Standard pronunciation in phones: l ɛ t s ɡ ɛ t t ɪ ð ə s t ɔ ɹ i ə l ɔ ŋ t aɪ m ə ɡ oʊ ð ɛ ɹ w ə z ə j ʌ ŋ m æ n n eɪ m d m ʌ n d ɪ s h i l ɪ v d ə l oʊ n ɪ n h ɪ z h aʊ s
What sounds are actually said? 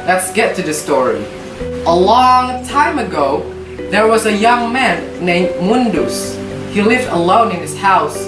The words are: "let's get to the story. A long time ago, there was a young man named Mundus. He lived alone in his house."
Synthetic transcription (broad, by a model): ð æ t s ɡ ɛ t t ɪ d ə s t ɔ ɹ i ə l ɔ ŋ t aɪ m ə ɡ oʊ ð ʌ ɹ w ə z ə j ʌ ŋ m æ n n eɪ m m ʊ n d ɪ s h i l ɪ v d ə l oʊ n ɪ n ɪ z h aʊ s